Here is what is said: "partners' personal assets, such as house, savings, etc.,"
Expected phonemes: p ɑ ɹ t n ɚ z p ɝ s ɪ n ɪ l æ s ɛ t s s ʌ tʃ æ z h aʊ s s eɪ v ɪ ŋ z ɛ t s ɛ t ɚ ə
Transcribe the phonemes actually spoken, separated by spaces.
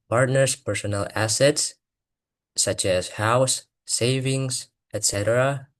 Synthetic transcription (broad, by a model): p ɑ ɹ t n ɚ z p ɝ s ɪ n ɪ l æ s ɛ t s s ʌ tʃ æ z h aʊ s s eɪ v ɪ ŋ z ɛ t s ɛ t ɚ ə